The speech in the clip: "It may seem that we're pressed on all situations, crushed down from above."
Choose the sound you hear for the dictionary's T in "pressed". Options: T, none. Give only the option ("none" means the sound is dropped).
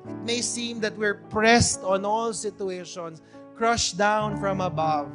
T